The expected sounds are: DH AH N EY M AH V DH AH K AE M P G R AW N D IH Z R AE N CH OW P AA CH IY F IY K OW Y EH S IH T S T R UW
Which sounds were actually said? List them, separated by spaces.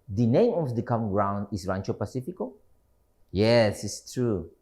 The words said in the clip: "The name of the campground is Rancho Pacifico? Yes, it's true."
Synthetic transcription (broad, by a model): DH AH N EY M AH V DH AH K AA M G R AW N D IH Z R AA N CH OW P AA S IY F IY K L Y EH S IH T S T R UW